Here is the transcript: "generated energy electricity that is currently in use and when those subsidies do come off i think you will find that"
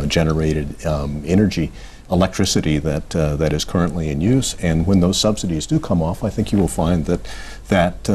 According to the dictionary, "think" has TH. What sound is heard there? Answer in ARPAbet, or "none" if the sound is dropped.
TH